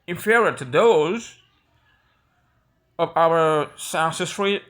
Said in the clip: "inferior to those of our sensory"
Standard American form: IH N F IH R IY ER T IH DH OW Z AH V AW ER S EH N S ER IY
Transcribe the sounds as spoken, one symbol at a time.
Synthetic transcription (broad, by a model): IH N F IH R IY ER T IH DH OW Z AH V AW ER S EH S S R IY